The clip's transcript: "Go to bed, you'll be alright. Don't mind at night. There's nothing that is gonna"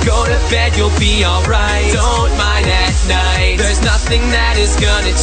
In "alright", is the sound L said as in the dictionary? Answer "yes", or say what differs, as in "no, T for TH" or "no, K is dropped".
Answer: yes